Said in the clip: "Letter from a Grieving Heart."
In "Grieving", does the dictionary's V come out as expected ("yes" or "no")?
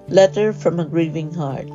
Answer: yes